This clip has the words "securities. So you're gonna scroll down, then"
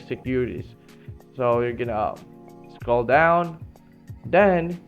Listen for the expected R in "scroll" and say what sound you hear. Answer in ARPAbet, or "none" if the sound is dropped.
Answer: none